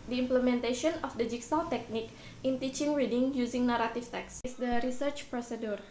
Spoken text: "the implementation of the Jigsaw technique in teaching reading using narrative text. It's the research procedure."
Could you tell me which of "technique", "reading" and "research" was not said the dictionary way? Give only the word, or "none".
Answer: none